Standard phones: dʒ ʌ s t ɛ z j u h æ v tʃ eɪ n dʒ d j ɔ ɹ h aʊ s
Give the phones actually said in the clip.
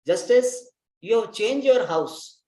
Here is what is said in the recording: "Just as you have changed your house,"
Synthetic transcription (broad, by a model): dʒ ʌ s t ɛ s j u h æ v tʃ eɪ n dʒ j ɔ ɹ h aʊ s